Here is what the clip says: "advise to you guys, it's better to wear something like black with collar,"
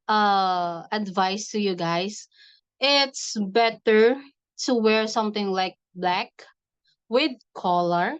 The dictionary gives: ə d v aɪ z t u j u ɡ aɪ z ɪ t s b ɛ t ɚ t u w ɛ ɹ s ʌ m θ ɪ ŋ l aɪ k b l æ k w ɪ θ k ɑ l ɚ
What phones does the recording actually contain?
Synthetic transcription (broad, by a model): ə d v aɪ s t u j u ɡ aɪ s ɪ t s b ɛ t ɚ t u w ɛ ɹ s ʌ m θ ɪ ŋ l aɪ k b l æ k w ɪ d k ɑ l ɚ